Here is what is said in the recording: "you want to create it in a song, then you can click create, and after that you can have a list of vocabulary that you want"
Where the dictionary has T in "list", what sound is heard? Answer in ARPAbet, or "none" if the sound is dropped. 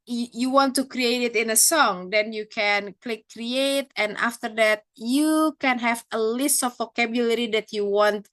T